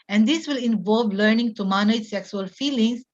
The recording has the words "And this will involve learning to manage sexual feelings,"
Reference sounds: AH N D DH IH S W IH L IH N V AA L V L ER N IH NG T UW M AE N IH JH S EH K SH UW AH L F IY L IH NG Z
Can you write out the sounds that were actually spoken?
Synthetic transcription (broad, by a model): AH N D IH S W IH L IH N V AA L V L ER N IH NG T UW M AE N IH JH S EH K S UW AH L F IY L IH NG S